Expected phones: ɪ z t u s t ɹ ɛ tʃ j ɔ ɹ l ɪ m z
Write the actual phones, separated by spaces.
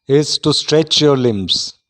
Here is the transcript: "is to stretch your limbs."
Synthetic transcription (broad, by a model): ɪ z t u s t ɹ ɛ tʃ j ɔ ɹ l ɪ m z